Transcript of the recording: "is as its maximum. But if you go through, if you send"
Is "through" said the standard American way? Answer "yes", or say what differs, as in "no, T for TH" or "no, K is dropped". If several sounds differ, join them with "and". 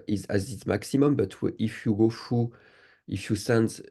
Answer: no, F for TH